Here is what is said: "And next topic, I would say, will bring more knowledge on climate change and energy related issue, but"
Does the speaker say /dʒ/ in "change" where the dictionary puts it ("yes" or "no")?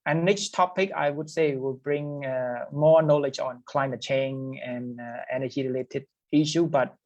no